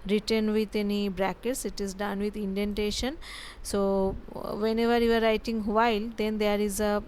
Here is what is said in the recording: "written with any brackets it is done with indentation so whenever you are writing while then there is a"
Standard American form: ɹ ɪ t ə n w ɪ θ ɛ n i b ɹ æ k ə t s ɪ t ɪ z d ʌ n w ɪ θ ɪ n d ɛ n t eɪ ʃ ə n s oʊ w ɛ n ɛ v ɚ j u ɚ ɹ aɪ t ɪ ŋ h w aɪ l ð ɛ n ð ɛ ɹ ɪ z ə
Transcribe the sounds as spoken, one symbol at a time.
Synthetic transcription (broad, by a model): ɹ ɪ t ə n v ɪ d ɛ n i b ɹ æ k ə t s ɪ t ɪ z d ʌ n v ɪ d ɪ n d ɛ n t eɪ ʃ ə n s oʊ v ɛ n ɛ v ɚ j u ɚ ɹ aɪ t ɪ ŋ h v aɪ l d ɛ n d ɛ ɹ ɪ z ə